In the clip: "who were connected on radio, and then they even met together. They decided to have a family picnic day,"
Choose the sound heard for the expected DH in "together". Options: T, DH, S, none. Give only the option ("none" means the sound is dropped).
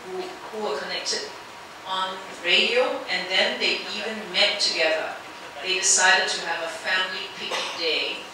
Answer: DH